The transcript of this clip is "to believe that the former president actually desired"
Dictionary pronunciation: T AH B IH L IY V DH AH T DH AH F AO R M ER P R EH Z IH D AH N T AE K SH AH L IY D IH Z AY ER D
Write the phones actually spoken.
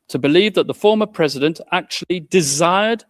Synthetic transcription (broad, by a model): T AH B IH L IY V DH AH T DH AH F AO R M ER P R EH Z IH D AH N T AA K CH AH L IY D IH Z AY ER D